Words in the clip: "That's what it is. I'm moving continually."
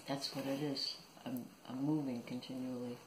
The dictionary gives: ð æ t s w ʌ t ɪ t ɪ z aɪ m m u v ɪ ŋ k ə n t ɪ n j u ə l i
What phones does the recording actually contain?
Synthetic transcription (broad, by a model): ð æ t s w ʌ t ɪ t ɪ z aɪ m m u v ɪ ŋ k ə n t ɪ n j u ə l i